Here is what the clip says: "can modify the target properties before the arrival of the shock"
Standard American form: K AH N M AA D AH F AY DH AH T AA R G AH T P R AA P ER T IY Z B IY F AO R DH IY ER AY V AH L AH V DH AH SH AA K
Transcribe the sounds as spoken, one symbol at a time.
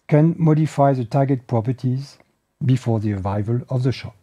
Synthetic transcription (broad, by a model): K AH N M AA D AH F AY DH AH T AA G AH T P R AA P ER T IY Z B IY F AO R DH IY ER AY V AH L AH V DH AH SH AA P